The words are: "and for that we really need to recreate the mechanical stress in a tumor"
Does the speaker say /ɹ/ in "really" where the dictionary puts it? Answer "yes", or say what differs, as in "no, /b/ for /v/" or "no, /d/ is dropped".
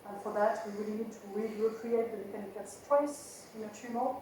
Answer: no, /w/ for /ɹ/